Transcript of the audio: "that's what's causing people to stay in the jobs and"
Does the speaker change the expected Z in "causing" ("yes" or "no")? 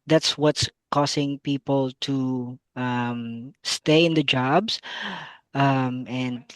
yes